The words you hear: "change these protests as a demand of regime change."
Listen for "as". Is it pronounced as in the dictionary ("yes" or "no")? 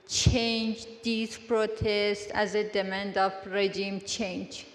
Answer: yes